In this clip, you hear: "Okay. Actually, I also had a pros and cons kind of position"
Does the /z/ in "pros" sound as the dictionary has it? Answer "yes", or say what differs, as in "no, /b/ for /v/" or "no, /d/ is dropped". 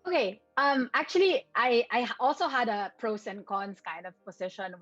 no, /s/ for /z/